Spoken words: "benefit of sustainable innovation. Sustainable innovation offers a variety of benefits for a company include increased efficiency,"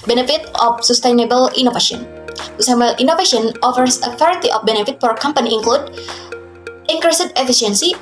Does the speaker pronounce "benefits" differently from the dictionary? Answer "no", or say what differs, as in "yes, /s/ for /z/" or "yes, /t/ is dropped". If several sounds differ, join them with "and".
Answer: yes, /s/ is dropped